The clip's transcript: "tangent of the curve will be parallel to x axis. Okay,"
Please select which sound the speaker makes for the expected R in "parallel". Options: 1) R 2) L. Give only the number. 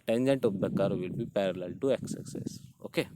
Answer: 1